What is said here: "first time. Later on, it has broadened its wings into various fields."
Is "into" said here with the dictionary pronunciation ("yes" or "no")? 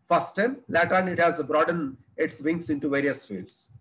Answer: yes